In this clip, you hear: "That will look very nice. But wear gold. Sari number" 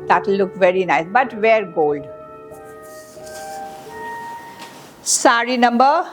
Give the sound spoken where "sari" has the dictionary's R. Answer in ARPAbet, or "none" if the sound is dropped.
R